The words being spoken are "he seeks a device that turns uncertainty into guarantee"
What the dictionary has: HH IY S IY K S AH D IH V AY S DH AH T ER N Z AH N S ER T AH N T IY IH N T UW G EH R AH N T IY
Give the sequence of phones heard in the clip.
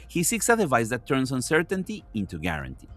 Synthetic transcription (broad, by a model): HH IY S IY K S AH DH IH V AY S DH AH T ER N S AH N S ER T AH N T IY IH N T UW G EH R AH N T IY